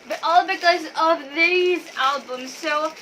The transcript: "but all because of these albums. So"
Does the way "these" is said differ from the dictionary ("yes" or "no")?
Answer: no